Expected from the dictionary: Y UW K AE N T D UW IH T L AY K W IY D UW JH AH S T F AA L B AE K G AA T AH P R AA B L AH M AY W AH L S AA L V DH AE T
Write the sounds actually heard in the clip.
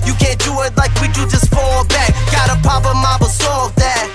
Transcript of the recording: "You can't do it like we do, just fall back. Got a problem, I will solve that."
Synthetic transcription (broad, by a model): Y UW K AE N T D UW IH T L AY K W IY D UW JH AH S T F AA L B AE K G AA T AH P AA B AH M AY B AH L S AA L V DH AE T